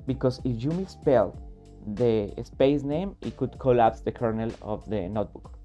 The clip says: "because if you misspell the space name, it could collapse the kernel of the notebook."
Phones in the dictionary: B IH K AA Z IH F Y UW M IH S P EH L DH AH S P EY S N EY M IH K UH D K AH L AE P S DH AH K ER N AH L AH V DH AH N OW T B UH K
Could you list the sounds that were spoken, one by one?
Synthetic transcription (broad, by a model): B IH K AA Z IH F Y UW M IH S P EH L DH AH S P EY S N EY M IH K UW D K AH L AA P S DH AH K ER N AH L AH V DH AH N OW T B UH K